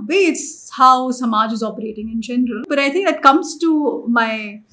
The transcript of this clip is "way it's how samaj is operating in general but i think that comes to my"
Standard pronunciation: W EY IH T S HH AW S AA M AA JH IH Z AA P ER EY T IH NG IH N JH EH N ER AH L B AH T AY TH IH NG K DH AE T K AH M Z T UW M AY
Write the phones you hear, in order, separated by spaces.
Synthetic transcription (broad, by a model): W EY IH T S HH AW S AA M AA JH IH Z AA P ER EY T IH NG IH N JH EH N ER AH L B AH T AY T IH NG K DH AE T K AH M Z T UW M AY